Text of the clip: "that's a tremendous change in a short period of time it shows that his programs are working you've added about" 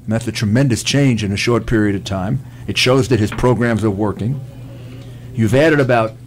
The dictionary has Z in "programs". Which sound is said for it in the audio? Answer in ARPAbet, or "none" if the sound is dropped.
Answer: Z